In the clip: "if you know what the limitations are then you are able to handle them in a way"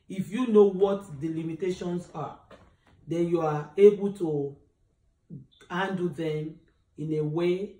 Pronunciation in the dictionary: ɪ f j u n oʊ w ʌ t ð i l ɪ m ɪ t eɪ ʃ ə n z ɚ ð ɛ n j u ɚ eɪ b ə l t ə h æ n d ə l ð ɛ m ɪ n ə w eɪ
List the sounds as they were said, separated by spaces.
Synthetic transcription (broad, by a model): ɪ f j u n oʊ w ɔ t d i l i m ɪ t eɪ ʃ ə n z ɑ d ɛ n j u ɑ eɪ b ə l t ə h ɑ n d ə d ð ɛ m ɪ n ə w eɪ